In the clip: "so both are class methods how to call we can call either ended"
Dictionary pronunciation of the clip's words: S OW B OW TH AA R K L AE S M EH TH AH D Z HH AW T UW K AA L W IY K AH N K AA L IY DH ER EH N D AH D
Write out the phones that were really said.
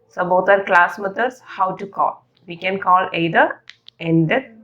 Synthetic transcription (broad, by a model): S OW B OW T AA R K L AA S M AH T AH D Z HH AW T UW K AA L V IY K AH N K AA L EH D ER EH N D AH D